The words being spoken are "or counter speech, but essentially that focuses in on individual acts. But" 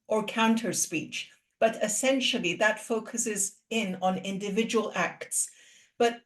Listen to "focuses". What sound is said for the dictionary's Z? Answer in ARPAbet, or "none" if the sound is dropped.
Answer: Z